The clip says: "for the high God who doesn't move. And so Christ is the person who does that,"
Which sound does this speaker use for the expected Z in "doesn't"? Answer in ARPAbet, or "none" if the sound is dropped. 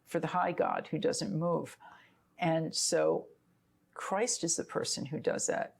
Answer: Z